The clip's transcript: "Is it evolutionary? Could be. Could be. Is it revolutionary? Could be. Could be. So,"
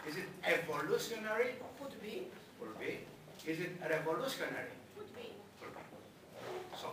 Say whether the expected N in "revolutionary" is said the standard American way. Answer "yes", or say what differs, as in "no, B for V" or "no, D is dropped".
no, N is dropped